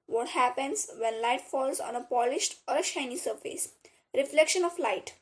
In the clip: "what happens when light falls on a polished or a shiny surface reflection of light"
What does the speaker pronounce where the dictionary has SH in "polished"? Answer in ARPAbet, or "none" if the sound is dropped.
SH